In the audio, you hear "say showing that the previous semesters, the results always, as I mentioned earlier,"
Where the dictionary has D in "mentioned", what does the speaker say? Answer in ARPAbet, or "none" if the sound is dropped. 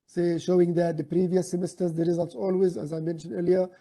D